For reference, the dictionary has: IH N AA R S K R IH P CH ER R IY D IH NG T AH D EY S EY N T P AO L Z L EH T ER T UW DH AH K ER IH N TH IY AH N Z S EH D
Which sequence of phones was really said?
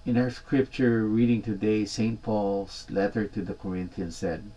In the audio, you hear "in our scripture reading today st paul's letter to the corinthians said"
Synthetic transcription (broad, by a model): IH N AA R S K R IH P CH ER R IY D IH NG T AH D EY S EY N T P AO L S L EH T ER T UW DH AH K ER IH N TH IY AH N S EH D